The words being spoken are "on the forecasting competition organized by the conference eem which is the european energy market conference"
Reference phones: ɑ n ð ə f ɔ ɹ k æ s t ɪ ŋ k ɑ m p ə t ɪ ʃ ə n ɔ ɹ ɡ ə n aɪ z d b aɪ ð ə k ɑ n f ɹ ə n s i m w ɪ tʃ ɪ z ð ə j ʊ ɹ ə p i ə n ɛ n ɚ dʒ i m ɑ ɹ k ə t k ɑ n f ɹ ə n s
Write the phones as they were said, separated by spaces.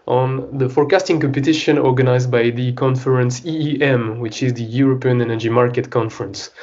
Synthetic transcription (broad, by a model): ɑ n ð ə f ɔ ɹ k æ s t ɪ ŋ k ɑ m p ə t ɪ ʃ ə n ɔ ɹ ɡ ə n aɪ z d b aɪ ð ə k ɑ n f ɹ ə n s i m w ɪ tʃ ɪ z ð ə j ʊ ɹ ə p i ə n ɛ n ɚ dʒ i m ɑ ɹ k ə t k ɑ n f ɹ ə n s